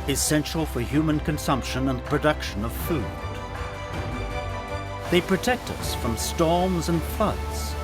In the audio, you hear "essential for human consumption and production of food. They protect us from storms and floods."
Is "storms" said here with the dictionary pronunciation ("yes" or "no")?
yes